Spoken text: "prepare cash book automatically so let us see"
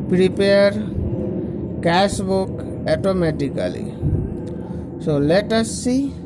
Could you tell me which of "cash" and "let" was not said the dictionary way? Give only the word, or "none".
cash